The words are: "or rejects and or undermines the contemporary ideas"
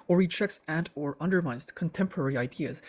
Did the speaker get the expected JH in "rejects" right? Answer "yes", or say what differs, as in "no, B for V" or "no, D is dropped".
no, CH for JH